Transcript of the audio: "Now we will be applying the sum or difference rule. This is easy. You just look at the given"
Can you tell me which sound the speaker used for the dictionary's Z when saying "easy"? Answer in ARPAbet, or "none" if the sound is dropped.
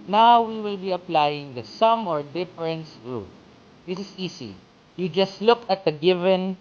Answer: S